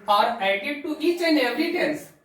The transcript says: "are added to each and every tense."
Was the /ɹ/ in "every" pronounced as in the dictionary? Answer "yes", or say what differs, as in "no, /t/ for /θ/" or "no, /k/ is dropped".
no, /ɹ/ is dropped